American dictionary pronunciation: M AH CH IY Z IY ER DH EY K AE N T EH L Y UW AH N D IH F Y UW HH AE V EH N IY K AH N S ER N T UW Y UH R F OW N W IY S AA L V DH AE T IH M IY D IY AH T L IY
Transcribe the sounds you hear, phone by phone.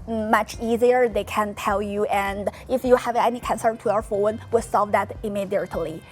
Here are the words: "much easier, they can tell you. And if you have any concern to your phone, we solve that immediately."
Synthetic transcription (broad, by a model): M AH CH IY Z IY ER DH EY K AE N T EH L Y UW AH N D IH F Y UW HH AE V EH N IY K AH N S ER N T UW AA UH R F OW N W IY S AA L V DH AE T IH M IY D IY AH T L IY